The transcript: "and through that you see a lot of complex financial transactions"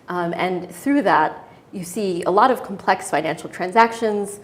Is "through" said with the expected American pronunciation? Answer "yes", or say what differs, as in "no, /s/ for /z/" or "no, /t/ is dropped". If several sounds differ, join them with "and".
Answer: yes